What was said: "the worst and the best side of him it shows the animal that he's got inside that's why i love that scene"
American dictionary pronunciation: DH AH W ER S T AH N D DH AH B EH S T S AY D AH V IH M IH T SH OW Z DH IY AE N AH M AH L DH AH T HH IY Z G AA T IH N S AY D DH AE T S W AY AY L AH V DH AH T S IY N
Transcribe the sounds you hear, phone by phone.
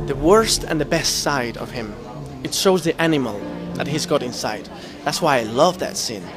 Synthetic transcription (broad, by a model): DH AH W ER S T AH N DH AH B EH S T S AY D AH V IH M IH T SH OW Z DH IY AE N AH M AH L DH AH T HH IY Z G AA T IH N S AY D DH AE T S W AY AY L AH V DH AH T S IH N